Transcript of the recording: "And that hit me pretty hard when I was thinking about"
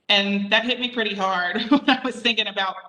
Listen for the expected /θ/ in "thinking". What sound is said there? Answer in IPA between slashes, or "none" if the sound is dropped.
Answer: /θ/